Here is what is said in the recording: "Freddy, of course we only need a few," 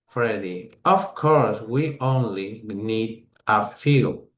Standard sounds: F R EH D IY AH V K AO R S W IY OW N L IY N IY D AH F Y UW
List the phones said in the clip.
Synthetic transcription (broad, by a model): F R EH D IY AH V K AO R S W IY OW N L IY N IY D AH F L